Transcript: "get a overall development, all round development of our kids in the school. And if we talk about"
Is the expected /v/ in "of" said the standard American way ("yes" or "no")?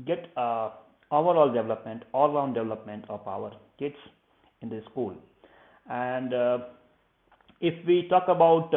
no